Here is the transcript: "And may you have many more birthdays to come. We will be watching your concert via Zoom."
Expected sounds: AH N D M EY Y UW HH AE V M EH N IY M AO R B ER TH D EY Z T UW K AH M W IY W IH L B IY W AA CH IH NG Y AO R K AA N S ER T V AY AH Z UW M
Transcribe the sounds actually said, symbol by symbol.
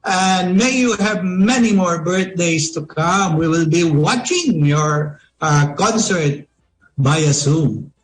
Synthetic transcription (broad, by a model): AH N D M EY Y UW HH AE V M EH N IY M AO R B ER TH D EY S T UW K AH M W IY W IH L B IY W AA CH IH NG Y AO R K AA N S ER T B AY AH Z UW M